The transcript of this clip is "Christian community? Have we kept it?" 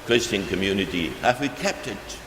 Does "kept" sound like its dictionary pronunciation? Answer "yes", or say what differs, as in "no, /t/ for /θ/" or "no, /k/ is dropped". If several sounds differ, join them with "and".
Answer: yes